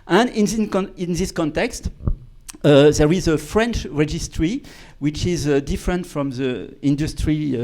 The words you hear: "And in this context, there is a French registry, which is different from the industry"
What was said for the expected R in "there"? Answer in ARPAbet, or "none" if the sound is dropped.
R